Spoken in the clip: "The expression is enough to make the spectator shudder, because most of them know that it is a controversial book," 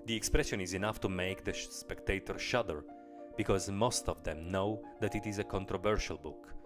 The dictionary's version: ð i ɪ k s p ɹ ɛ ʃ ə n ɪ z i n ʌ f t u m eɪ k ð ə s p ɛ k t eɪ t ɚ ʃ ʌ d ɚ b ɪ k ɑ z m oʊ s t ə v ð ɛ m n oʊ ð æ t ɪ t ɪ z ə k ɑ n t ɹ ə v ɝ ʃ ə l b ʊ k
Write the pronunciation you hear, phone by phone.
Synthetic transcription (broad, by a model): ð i ɪ k s p ɹ ɛ ʃ ə n ɪ z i n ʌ f t u m eɪ k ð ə s p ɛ k t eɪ t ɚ ʃ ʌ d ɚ b ɪ k ɑ z m oʊ s t ə v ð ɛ m n oʊ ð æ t ɪ t ɪ z ə k ɑ n t ɹ ə v ɝ ʃ ə l b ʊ k